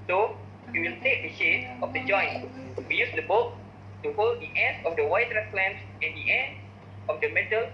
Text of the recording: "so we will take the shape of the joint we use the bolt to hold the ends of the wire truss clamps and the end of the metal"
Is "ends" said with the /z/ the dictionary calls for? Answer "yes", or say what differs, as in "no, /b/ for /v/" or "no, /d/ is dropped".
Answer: no, /z/ is dropped